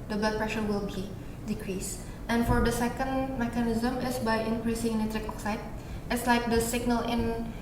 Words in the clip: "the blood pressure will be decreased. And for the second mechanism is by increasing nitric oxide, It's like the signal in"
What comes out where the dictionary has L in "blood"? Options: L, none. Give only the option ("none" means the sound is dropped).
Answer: none